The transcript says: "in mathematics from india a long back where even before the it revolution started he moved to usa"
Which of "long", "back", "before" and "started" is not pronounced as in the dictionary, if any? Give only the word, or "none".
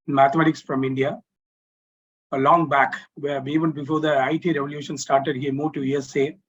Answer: none